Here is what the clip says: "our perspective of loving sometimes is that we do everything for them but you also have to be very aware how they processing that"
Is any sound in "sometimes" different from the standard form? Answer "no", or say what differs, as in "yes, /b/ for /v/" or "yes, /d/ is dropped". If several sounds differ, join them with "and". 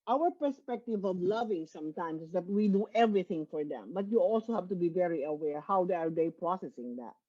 yes, /s/ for /z/